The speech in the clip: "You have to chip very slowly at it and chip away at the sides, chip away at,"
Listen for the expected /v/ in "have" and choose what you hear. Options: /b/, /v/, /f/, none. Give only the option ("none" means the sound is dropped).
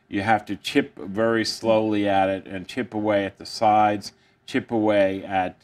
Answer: /f/